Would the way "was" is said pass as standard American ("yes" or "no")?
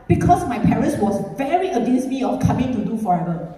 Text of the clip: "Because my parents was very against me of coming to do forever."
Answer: no